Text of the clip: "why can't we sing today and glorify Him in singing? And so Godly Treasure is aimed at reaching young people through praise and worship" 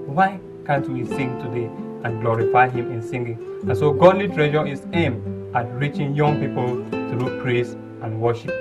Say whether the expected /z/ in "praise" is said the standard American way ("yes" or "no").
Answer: no